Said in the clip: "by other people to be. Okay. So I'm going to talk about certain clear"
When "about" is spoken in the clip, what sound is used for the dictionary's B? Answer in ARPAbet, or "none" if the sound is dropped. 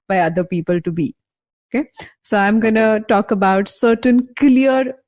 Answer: B